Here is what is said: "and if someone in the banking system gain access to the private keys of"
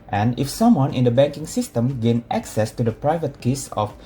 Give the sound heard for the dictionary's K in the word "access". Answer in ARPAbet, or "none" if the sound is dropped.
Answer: K